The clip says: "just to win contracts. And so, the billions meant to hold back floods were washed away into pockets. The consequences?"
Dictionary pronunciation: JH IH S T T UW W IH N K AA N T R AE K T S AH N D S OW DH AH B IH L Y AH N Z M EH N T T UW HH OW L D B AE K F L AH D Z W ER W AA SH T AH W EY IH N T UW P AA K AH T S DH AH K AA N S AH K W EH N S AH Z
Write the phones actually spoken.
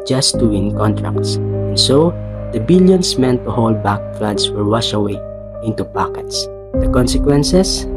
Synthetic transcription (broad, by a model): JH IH S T T UW W IH N K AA N T R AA K T S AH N S OW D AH B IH L Y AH N S M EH N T T UW HH OW L D B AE K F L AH D S W ER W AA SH AH W EY IH N T UW P AA K AH T S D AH K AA N S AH K W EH N S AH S